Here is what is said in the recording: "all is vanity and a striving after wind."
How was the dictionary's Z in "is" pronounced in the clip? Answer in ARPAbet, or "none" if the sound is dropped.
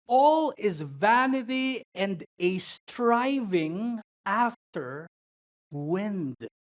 Z